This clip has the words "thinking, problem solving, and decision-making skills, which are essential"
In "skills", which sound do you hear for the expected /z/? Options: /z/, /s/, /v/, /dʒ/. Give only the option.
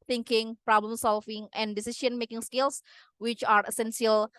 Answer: /s/